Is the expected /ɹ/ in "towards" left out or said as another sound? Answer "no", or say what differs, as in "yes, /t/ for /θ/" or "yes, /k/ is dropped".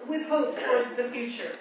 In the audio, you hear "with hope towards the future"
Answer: no